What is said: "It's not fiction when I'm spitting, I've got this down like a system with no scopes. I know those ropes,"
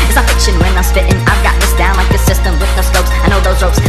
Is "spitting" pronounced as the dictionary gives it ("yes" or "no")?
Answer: no